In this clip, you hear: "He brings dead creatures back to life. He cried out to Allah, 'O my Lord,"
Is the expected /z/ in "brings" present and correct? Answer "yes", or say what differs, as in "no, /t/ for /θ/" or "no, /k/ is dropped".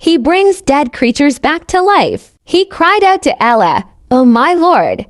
yes